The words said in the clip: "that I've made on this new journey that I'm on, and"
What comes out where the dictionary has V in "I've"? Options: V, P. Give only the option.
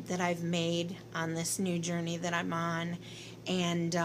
V